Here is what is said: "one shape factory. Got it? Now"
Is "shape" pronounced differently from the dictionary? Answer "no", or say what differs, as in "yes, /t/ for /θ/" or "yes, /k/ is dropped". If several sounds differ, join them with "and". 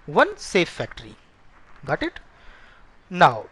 yes, /s/ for /ʃ/